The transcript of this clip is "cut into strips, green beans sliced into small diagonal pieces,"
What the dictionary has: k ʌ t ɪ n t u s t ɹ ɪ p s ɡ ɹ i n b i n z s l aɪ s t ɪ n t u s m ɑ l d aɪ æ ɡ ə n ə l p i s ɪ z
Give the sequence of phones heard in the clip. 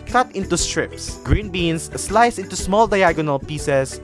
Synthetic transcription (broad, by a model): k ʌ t ɪ n t u s t ɹ ɪ p s ɡ ɹ i n b i n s s l aɪ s ɪ n t u s m ɑ l d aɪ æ ɡ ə n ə l p i s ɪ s